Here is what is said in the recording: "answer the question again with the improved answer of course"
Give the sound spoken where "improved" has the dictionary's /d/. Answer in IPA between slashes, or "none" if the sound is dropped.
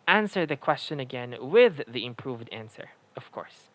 /d/